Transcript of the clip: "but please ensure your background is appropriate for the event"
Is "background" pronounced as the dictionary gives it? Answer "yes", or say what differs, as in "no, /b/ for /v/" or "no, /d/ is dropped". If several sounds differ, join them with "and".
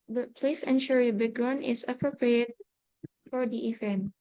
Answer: no, /d/ is dropped